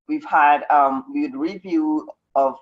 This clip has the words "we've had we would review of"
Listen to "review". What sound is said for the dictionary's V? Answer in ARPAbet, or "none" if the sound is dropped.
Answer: V